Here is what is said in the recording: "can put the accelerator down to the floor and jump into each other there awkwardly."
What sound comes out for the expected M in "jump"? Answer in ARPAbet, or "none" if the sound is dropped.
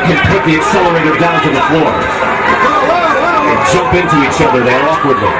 none